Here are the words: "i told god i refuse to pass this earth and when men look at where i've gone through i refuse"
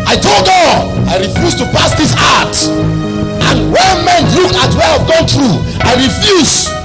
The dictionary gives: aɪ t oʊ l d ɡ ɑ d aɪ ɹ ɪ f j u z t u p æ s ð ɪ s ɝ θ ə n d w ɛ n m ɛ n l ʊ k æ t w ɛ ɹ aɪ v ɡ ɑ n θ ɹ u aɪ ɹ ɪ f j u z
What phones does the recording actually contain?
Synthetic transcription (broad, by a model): aɪ t oʊ l d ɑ aɪ ɹ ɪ f j u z t u p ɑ s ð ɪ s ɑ t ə n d w ɛ n m ɛ n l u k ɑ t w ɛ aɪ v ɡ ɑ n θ ɹ u aɪ ɹ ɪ f j u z